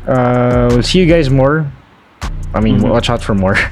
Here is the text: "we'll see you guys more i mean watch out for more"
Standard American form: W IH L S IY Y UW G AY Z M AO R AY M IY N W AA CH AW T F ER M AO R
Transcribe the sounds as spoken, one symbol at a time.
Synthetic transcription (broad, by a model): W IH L S IY Y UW G AY Z M AO R AY M IY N W AA CH AW T F ER M AO R